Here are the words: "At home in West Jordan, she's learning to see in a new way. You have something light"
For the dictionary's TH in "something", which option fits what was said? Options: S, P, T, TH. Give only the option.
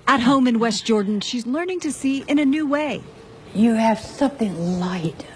TH